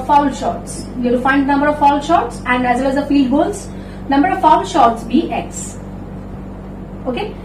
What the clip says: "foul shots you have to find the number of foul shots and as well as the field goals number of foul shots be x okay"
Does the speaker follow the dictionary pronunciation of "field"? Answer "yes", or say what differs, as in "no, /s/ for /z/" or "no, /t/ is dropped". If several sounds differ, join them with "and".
no, /l/ is dropped